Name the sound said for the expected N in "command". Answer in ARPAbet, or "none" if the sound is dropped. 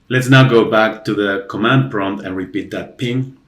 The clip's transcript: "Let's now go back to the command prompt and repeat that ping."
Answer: N